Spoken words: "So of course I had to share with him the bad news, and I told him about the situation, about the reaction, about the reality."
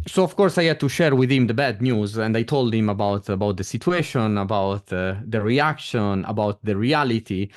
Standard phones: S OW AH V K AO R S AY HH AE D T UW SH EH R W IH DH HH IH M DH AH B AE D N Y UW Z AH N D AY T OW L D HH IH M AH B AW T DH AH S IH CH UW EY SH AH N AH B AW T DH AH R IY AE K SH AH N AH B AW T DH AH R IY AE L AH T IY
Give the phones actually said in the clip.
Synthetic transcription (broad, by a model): S OW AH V K AO R S AY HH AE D T UW SH EH R W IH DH HH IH M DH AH B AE D N Y UW Z AH N D AY T OW L D HH IH M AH B AW T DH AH S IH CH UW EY SH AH N AH B AW T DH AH R IY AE K SH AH N AH B AW T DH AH R IY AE L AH T IY